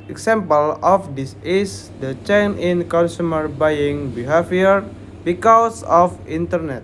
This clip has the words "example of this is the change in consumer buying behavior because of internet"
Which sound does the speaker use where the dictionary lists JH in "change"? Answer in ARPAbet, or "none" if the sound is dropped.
none